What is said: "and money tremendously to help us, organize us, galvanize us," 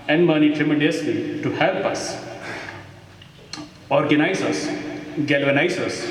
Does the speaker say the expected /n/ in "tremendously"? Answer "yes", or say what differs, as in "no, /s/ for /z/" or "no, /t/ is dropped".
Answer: no, /n/ is dropped